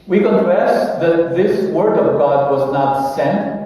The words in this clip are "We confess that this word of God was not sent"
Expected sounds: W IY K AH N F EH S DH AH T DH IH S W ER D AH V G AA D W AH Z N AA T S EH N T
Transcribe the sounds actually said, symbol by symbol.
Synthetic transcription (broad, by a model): W IY K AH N F EH S DH AH T DH IH S W ER D AH V G AA D W AH Z N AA T S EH N T